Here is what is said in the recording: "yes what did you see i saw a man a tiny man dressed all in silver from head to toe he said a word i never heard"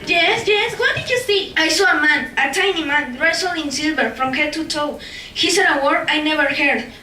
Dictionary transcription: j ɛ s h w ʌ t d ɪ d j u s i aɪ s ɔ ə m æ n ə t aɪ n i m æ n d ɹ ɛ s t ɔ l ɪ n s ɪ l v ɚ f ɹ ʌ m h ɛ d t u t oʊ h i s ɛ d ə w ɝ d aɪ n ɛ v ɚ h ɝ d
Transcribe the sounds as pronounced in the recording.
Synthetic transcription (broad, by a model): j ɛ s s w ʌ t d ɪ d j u s i aɪ s ɔ ə m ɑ n ə t aɪ n i m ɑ n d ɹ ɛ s ɔ l ɪ n s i l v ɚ f ɹ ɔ m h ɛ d t u t oʊ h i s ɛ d ə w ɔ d aɪ n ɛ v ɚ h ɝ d